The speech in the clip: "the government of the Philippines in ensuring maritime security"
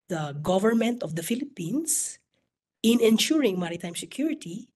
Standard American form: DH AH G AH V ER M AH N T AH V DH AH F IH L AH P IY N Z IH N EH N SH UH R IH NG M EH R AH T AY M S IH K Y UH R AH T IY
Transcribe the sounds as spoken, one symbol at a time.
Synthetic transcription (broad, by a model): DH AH G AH V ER M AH N T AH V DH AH F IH L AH P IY N S IH N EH N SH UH R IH NG M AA R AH T AY M S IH K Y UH R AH T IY